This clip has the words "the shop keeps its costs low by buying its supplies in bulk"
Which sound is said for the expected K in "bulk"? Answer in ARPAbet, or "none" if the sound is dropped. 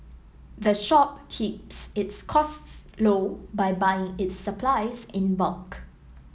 K